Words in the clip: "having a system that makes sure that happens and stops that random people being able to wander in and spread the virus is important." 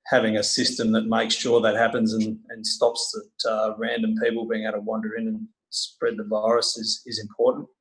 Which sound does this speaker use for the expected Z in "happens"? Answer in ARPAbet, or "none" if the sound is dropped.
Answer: Z